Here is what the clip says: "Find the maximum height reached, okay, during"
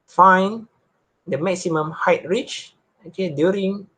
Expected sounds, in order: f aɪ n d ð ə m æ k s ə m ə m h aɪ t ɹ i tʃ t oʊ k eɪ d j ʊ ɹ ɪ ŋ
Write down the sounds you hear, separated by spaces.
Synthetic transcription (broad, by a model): f aɪ n d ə m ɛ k s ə m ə m h aɪ t ɹ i tʃ oʊ k eɪ d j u ɹ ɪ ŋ